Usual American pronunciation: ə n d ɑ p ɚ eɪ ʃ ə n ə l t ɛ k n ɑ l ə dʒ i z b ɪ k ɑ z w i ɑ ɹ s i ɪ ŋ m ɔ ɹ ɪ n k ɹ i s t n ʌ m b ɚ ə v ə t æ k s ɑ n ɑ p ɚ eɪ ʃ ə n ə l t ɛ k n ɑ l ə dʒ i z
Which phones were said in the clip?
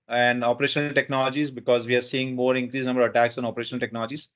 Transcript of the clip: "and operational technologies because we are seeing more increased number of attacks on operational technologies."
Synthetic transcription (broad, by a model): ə n d ɑ p ɚ eɪ ʃ ə n ə l t ɛ k n ɑ l ə dʒ i z b ɪ k ɑ z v i ɑ ɹ s i ɪ ŋ m ɔ ɹ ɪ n k ɹ i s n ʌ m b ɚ ə v ə t æ k s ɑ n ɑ p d eɪ ʃ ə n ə l t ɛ k n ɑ l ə dʒ i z